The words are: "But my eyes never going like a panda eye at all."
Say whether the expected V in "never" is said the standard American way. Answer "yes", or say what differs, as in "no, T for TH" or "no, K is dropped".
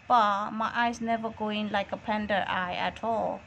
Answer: yes